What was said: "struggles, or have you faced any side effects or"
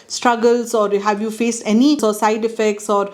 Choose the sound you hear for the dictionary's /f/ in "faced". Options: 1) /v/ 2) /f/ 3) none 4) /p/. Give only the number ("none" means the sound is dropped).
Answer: 2